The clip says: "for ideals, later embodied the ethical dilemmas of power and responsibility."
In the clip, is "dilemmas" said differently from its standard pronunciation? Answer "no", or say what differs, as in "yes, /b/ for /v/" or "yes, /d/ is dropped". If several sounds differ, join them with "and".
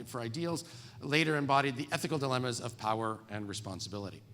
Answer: no